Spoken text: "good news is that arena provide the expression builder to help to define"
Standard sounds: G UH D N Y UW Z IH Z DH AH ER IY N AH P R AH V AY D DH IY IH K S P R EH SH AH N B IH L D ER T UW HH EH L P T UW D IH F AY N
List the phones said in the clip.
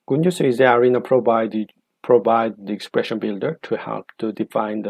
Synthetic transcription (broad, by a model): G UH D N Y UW S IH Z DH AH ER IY N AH P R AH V AY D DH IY IH K S P R EH SH AH N B IH L D ER T UW HH EH L P T UW D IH F AY N